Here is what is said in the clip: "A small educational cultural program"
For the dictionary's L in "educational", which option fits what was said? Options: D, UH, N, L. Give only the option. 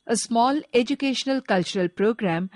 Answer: L